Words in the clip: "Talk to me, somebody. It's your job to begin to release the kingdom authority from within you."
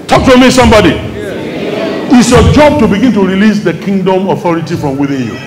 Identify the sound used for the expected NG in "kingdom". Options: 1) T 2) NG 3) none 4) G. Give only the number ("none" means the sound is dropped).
2